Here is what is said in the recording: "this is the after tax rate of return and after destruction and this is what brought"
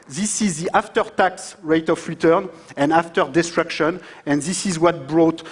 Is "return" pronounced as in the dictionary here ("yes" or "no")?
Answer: yes